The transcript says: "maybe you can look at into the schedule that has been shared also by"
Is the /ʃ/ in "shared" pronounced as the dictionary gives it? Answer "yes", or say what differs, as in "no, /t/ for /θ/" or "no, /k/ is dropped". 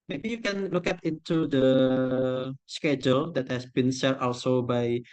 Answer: no, /s/ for /ʃ/